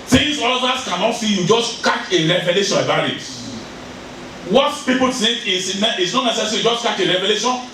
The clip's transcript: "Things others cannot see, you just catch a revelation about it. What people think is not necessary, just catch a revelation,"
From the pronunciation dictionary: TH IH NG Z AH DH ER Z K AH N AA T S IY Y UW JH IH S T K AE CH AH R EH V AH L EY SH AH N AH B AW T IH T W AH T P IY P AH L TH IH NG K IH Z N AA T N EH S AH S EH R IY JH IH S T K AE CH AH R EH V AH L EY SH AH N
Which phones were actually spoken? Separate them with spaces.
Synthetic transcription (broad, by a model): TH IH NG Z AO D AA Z K AH N AA T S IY Y UW JH IH S T K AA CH AH R EH V AH L EY SH AH N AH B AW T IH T W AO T P IY P AH L T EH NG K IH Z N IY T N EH S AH S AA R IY JH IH S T K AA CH AH R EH V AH L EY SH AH N